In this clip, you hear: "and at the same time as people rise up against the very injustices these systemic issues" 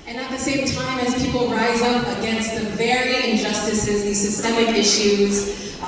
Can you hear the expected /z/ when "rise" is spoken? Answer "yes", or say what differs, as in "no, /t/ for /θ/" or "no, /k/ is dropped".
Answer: yes